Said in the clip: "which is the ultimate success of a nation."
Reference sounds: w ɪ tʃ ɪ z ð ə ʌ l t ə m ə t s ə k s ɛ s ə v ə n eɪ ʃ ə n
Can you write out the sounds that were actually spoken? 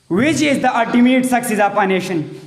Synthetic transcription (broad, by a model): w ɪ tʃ ɪ z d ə ʌ l t ə m ə t s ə k s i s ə f ə n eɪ ʃ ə n